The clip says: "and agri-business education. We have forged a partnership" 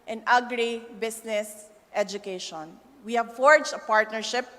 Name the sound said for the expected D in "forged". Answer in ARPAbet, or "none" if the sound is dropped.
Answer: none